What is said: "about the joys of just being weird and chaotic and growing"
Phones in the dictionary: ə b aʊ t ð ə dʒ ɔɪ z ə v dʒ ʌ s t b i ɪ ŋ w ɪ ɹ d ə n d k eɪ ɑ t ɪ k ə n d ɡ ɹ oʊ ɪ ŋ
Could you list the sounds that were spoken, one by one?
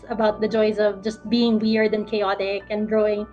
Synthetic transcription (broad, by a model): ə b aʊ t ð ə dʒ ɔɪ z ə v dʒ ʌ s t b i ɪ ŋ w ɪ ɹ d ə n k eɪ ɑ t ɪ k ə n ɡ ɹ oʊ ɪ ŋ